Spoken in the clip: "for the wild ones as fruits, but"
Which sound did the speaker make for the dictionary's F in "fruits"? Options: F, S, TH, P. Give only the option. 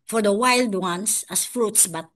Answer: F